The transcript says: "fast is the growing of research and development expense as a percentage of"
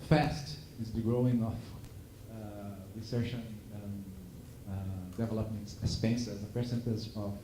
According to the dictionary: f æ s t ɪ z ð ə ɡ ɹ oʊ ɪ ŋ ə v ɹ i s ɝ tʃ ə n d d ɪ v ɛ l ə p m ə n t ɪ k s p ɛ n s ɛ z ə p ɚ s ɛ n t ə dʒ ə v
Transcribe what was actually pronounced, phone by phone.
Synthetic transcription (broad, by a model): f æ s t ɪ z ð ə ɡ ɹ oʊ ɪ ŋ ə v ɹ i s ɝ ʃ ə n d d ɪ v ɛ l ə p m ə n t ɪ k s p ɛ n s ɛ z ə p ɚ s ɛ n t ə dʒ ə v